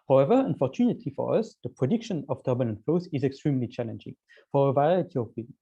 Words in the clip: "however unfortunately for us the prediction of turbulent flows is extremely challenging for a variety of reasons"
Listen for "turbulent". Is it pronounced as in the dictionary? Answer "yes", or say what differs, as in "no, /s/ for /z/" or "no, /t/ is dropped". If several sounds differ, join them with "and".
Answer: no, /n/ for /l/